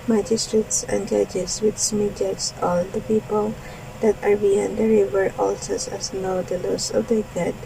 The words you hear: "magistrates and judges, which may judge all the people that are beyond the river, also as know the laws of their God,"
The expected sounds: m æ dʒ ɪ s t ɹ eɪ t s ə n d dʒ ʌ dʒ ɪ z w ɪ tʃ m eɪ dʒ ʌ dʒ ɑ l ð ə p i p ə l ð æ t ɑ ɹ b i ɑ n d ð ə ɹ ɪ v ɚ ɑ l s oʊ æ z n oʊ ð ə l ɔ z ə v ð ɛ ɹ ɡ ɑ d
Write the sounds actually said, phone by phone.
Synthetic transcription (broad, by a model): m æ dʒ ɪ s t ɹ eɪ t s ə n d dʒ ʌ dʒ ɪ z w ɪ s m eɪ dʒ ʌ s ɑ l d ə p i p ə l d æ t ɑ ɹ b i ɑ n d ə ɹ ɪ v ɚ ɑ l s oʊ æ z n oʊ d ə l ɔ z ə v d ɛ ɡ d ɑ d